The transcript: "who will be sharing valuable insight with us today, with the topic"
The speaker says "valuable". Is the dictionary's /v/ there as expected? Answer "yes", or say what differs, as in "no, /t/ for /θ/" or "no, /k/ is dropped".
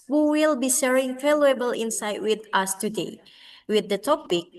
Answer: no, /f/ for /v/